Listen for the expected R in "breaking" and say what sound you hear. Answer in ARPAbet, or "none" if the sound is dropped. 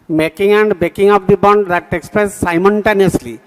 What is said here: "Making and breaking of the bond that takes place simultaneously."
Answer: none